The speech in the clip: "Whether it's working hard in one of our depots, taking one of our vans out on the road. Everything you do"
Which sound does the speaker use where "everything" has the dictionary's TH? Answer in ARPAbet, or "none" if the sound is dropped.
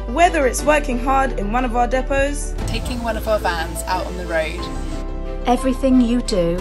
TH